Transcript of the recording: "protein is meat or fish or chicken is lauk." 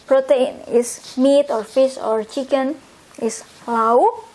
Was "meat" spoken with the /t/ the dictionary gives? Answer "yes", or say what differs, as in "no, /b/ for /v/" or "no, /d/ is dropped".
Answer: yes